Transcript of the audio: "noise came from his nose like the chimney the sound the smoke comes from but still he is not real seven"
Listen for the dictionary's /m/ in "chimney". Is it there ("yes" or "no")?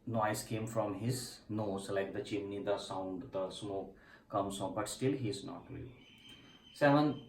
no